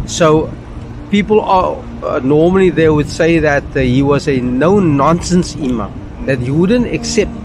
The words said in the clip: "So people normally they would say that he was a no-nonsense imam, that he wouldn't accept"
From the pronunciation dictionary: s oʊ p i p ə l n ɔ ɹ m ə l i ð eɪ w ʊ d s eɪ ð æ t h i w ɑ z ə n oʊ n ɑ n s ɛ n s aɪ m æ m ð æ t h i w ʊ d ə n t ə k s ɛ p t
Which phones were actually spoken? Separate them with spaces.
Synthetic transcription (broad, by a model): s oʊ p i p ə l n ɔ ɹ m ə l i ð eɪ w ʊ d s eɪ ð æ t h i w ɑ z ə n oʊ n ɑ n s ɛ n s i m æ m ð æ t h i w ʊ d ə n t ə k s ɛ p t